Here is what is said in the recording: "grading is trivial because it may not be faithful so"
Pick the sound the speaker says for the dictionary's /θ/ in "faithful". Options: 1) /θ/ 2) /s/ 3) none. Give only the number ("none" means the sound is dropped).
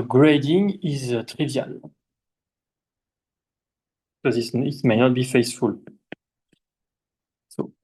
2